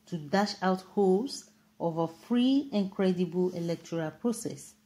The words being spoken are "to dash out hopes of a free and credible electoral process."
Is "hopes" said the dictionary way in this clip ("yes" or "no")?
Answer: no